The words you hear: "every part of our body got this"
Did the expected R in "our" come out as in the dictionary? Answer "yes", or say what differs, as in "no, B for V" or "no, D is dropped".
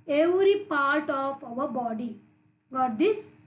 no, W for R